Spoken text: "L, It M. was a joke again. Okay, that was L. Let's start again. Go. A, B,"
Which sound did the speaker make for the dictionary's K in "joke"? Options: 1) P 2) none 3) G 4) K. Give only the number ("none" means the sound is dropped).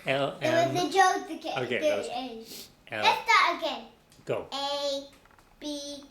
2